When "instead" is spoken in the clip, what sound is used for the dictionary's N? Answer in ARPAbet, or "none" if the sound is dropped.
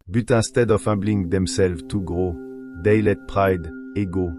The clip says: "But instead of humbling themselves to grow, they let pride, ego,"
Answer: none